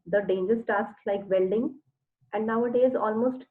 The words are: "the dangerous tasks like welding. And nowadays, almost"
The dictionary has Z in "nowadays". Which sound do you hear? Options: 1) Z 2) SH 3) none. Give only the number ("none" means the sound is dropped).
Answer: 1